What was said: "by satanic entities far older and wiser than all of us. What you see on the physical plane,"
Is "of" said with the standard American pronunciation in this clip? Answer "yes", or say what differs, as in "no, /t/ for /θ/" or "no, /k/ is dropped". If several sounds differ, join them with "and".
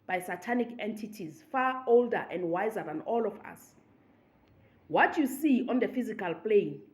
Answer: no, /f/ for /v/